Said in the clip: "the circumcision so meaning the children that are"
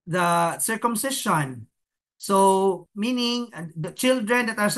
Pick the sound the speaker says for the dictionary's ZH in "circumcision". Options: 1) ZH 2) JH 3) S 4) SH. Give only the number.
4